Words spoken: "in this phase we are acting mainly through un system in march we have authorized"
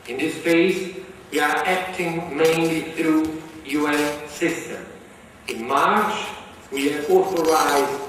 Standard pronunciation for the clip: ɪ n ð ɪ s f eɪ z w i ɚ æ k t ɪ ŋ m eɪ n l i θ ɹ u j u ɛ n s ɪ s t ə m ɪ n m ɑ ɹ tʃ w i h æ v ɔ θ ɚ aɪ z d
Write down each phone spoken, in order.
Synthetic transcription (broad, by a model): ɪ n ð ɪ s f eɪ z w i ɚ æ k t ɪ ŋ m eɪ n l i θ ɹ u j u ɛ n s ɪ s t ə m ɪ n m ɑ ɹ tʃ w i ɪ ɔ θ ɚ aɪ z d